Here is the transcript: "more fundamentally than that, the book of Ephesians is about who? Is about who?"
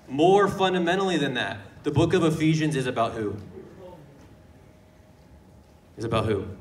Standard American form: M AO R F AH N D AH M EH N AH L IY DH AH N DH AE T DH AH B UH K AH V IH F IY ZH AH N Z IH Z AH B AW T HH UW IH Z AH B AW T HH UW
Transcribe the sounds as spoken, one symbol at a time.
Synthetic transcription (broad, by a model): M AO R F AH N D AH M EH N L IY DH AH N DH AE T DH AH B UH K AH V IH F IY ZH AH N Z IH Z AH B AW T HH UW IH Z AH B AW T HH UW